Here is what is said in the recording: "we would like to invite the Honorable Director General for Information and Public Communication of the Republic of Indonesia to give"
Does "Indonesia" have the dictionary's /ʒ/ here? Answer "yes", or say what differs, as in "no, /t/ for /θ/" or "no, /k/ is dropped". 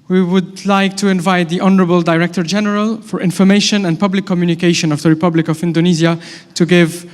no, /z/ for /ʒ/